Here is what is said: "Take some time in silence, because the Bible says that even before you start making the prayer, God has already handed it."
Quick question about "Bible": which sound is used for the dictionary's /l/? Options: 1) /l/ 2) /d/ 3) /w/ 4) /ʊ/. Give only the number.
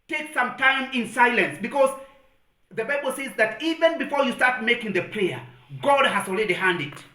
1